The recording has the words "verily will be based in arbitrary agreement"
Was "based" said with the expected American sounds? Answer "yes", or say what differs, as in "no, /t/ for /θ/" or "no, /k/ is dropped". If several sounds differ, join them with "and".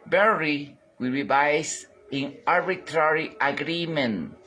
no, /t/ is dropped